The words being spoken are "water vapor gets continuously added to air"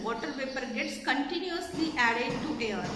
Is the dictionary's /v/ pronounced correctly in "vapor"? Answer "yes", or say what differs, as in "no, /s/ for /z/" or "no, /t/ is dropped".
no, /p/ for /v/